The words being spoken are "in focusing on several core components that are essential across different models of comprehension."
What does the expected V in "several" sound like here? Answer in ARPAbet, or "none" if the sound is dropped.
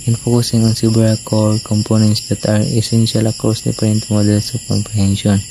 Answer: B